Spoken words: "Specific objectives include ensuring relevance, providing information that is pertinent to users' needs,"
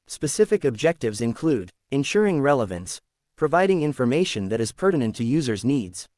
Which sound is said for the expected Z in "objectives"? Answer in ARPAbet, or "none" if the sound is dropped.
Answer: Z